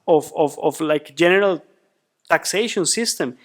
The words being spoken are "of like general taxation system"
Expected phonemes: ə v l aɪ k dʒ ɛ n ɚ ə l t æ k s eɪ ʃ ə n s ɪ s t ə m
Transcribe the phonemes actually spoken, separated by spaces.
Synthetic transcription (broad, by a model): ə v l aɪ k dʒ ɛ n ɚ ə l t æ k s eɪ ʃ ə n s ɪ s t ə m